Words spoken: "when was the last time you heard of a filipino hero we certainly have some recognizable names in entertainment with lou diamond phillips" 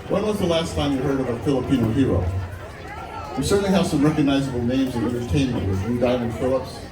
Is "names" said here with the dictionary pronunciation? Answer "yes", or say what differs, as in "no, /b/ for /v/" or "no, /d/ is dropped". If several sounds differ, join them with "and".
yes